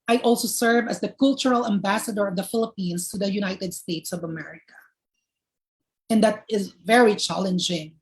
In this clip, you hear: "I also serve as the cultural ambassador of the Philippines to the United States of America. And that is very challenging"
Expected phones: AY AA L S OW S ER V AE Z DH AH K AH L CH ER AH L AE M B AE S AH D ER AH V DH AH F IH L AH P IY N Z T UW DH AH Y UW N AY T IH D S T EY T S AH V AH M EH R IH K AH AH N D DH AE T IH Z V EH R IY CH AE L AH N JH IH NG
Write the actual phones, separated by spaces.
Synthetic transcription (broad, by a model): AY AA L S OW S ER V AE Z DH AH K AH L CH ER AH L AE M B AE S AH D ER AH V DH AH F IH L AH P IY N S T UW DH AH Y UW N AY T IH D S T EY T S AH V AH M EH R IH K AH AH N D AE T IH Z V EH R IY CH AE L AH N JH IH NG